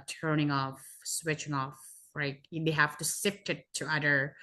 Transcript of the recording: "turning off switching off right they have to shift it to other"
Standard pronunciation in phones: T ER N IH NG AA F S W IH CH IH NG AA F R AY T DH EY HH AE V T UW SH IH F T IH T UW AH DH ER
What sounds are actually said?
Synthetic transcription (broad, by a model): T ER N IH NG AA F S W IH CH IH NG AA F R AY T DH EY HH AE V T UW S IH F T IH T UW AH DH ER